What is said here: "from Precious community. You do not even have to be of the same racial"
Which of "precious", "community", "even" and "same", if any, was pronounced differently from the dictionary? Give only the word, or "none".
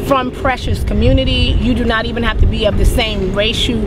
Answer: none